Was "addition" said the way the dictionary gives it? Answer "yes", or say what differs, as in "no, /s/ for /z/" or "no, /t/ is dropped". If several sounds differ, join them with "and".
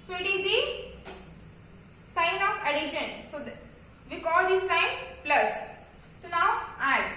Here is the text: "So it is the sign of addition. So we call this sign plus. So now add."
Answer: yes